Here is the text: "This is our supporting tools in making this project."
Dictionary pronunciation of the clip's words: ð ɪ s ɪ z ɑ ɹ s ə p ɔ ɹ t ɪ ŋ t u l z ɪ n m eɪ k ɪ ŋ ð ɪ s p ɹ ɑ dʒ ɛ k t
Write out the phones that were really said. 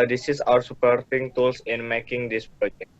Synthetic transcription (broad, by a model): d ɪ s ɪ s ɑ ɹ s ə p ɔ ɹ t ɪ ŋ t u l s ɪ n m eɪ k ɪ ŋ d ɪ s p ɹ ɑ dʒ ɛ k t